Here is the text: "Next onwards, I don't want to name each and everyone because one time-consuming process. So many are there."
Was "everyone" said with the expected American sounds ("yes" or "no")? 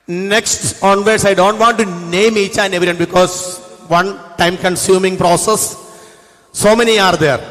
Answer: no